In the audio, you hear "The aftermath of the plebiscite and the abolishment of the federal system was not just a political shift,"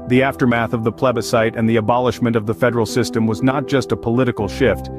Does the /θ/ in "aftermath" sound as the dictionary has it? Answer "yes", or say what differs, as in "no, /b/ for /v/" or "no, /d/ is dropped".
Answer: yes